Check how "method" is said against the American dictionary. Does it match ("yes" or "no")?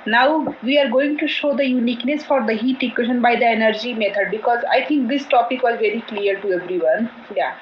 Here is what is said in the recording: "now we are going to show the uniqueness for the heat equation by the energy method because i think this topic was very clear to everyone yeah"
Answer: no